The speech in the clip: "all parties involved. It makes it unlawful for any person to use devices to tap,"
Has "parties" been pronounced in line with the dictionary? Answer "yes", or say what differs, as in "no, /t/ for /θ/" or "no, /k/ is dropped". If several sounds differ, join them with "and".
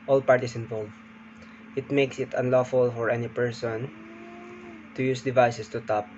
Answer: no, /s/ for /z/